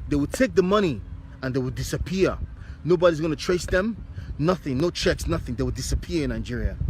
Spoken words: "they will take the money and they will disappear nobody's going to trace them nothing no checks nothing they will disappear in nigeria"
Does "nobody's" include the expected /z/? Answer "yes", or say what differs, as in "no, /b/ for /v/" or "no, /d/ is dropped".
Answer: yes